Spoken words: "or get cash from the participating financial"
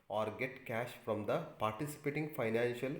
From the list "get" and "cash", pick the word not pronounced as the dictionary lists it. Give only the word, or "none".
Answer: none